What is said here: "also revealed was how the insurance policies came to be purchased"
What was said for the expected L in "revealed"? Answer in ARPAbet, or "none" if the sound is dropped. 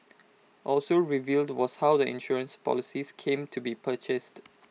L